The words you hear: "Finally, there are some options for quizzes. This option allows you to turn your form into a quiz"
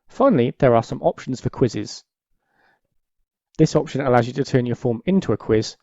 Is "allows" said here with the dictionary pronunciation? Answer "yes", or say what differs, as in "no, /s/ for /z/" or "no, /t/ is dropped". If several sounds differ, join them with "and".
yes